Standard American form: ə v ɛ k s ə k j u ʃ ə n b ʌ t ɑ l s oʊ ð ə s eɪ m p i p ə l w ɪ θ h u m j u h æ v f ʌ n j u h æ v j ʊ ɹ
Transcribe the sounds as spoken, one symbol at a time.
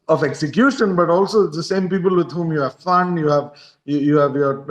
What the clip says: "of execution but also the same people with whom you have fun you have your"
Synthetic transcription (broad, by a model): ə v ɛ k s ə k j u ʃ ə n b ʌ t ɑ l s oʊ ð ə s eɪ m p i p ə l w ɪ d h u m j u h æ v f ʌ n j u h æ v j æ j